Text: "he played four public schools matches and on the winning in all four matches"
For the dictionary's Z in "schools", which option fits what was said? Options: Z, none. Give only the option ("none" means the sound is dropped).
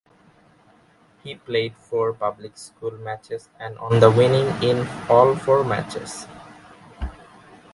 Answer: none